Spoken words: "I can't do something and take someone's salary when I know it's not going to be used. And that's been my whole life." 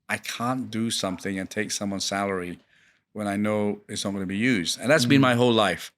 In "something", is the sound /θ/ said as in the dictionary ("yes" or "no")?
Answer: yes